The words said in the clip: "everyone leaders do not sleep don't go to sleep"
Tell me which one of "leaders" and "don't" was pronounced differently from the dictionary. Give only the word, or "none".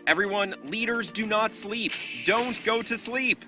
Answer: none